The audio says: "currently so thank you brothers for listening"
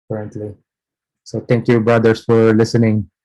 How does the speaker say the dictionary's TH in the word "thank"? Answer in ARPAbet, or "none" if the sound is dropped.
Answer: T